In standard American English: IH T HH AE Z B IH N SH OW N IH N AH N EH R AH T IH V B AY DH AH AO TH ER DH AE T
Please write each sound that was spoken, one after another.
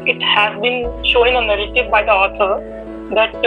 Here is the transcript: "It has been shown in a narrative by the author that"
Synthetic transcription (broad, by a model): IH T HH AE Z B IH N SH OW IH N AH N EH R AH T IH V B AY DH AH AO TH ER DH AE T